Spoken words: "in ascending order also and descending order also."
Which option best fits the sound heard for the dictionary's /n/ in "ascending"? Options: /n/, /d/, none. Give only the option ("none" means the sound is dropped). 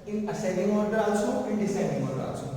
none